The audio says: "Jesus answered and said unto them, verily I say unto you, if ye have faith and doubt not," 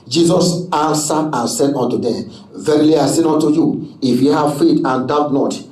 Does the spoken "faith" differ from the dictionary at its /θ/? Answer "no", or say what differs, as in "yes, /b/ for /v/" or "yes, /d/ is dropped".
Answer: yes, /t/ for /θ/